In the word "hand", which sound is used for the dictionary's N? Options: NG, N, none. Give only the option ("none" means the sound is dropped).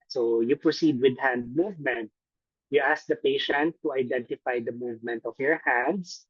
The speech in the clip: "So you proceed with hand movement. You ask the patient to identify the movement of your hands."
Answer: N